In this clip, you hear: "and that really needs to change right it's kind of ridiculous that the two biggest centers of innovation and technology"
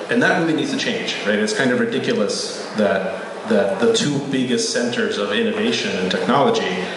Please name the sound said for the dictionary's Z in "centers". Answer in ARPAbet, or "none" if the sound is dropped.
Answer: Z